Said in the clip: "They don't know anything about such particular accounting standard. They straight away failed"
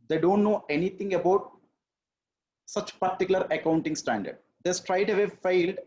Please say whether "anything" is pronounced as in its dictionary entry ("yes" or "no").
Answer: no